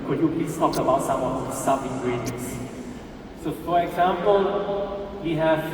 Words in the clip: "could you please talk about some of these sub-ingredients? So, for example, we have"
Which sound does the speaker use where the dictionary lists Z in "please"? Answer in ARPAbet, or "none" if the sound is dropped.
S